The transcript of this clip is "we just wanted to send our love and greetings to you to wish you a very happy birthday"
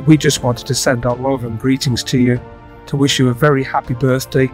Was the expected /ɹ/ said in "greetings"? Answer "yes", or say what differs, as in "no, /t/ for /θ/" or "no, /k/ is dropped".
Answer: yes